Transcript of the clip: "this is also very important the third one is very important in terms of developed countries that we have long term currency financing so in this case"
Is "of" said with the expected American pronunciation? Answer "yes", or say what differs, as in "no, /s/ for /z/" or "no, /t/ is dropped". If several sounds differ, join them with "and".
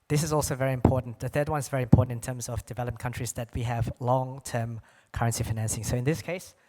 yes